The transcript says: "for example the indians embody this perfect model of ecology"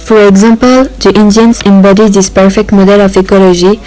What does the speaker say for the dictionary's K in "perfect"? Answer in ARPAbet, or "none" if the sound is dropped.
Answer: K